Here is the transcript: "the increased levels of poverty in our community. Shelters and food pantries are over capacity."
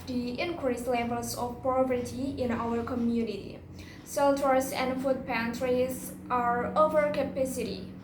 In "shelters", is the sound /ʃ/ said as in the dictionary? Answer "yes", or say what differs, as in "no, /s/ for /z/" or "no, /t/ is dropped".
no, /s/ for /ʃ/